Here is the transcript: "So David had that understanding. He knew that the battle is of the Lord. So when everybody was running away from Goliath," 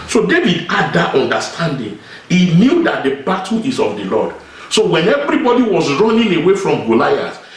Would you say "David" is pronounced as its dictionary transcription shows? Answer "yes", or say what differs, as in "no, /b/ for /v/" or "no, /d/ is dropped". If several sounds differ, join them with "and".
yes